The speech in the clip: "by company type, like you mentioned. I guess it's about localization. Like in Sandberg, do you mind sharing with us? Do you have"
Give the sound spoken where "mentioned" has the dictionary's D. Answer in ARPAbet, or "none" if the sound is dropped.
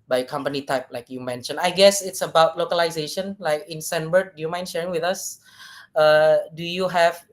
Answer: none